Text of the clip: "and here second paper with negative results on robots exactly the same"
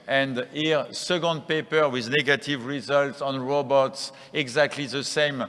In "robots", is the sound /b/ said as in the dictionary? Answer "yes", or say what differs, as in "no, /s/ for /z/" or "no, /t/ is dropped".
yes